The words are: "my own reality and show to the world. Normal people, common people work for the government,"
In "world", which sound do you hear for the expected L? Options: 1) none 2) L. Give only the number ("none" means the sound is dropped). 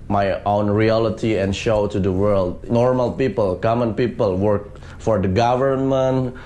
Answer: 2